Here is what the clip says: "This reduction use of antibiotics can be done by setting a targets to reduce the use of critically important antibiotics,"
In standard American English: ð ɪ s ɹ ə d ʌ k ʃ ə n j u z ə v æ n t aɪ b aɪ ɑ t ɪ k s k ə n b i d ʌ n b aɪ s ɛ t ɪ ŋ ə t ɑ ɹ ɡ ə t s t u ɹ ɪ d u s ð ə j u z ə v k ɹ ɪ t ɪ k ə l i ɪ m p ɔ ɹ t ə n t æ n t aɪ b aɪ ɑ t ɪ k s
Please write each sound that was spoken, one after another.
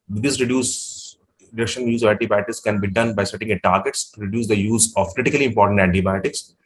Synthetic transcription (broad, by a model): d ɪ s ɹ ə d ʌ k ʃ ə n j u z ə v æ n t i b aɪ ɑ t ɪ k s k ə n b i d ʌ n b aɪ s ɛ t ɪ ŋ ə t ɑ ɹ ɡ ə t s t u ɹ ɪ d u s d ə j u z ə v k ɹ ɪ t ɪ k ə l i ɪ m p ɔ ɹ t ə n t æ n t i b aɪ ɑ t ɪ k s